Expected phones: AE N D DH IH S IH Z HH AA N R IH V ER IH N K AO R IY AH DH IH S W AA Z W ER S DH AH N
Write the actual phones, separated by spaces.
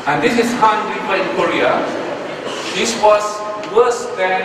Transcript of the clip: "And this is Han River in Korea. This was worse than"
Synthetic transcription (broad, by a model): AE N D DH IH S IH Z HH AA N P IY P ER IH N K AO R IY AH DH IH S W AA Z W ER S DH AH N